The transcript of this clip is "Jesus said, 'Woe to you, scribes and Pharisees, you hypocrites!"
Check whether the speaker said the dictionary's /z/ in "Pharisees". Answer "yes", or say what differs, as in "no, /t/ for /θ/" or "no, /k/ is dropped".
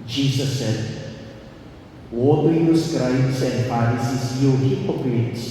no, /s/ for /z/